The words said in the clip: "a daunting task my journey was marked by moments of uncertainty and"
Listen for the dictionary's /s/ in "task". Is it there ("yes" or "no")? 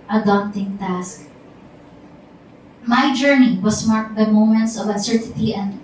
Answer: yes